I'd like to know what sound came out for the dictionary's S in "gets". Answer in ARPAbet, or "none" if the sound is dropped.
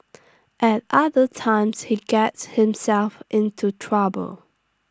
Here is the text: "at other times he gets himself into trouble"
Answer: S